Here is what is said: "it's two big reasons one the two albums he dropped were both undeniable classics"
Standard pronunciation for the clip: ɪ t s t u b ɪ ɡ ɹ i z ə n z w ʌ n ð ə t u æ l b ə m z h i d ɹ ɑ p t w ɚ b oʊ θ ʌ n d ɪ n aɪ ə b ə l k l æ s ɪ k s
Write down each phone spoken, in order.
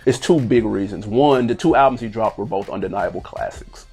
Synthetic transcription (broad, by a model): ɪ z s t u b ɪ ɡ ɹ i z ə n z w ʌ n ð ə t u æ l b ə m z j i d ɹ ɑ p t w ɚ b oʊ θ ʌ n d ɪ n aɪ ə b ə l k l æ s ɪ k s